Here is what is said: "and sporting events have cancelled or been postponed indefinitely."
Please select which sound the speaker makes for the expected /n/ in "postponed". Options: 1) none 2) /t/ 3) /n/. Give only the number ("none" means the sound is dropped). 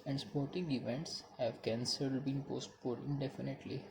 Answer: 1